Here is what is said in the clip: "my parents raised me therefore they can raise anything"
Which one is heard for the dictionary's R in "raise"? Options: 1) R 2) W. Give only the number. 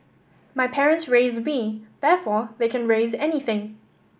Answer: 1